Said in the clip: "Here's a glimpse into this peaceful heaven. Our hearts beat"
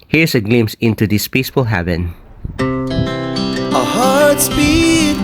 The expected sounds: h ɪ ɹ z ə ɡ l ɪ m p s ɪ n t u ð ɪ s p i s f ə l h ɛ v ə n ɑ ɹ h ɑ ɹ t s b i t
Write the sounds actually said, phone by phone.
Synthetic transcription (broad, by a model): h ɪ ɹ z ə ɡ l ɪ m s ɪ n t u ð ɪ s p i s f ə l h ɛ v ə n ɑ h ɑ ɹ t s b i